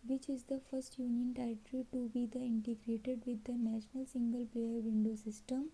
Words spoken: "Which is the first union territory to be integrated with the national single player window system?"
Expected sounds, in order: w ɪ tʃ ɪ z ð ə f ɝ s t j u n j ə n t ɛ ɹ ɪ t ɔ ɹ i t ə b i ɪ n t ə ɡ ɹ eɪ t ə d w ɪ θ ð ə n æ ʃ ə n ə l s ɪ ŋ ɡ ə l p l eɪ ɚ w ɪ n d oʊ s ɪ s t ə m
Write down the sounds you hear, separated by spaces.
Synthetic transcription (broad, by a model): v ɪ tʃ ɪ z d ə f ɝ s t j u n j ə n t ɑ ɪ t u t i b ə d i ɪ n t ə ɡ ɹ eɪ t ə d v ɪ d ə n æ ʃ ə n ə l s ɪ ŋ ɡ ə l p eɪ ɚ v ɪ n d oʊ s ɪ s t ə m